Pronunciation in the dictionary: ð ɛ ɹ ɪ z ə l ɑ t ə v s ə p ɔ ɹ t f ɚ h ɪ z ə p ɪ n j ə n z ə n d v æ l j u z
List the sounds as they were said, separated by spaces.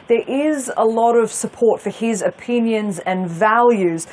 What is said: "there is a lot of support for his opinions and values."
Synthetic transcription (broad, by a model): ð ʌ ɹ ɪ z ə l ɑ t ə v s ə p ɔ ɹ t f ɚ ɪ z ə p ɪ n j ə n z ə n v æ l j u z